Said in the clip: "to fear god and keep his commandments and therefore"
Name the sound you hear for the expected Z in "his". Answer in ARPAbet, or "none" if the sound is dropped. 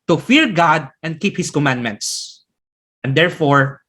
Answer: S